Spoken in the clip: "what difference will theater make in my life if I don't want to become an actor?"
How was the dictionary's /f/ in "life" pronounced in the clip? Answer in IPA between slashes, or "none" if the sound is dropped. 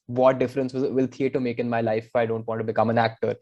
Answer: none